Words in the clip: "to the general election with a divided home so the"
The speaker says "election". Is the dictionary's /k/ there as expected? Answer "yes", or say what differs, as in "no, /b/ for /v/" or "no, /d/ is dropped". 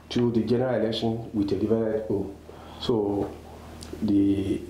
yes